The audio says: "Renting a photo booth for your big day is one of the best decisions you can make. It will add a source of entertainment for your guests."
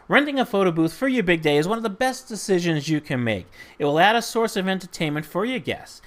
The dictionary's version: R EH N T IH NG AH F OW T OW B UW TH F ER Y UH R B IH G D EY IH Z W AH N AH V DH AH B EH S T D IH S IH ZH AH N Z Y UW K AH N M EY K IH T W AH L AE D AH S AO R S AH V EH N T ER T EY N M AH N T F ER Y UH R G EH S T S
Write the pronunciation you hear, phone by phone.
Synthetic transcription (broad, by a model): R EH N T IH NG AH F OW T OW B UW TH F ER Y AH R B IH G D EY IH Z W AH N AH V DH AH B EH S D IH S IH ZH AH N Z Y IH K AH N M EY K IH T W AH L AE D AH S AO R S AH V EH N T ER T EY N M AH N T F ER Y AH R G EH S S